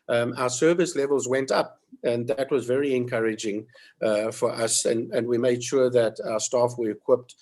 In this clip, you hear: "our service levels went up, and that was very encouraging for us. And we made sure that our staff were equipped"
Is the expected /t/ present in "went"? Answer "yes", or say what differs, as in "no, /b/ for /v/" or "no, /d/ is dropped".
yes